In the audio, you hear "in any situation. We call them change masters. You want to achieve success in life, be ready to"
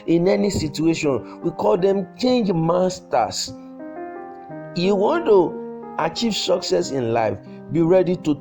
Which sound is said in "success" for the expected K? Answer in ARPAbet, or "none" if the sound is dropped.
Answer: K